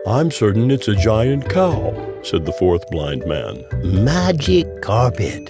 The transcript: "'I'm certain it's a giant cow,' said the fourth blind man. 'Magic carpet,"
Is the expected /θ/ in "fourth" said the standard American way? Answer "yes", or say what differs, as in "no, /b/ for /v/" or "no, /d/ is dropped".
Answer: yes